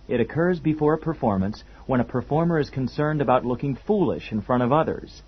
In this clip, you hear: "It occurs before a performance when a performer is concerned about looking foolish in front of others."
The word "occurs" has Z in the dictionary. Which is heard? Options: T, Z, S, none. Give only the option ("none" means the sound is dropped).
Z